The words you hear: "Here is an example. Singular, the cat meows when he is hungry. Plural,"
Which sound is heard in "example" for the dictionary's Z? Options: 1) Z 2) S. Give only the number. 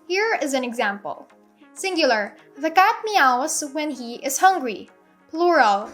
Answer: 1